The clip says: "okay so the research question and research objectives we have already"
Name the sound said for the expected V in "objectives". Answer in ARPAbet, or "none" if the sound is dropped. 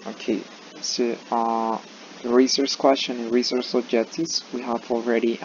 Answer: none